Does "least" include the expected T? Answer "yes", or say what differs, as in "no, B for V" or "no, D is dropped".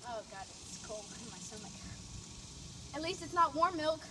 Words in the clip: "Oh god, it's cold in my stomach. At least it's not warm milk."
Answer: yes